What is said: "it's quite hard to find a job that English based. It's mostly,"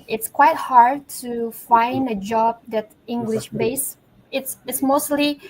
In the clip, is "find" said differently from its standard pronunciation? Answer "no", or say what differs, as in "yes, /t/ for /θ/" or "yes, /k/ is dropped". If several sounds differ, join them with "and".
no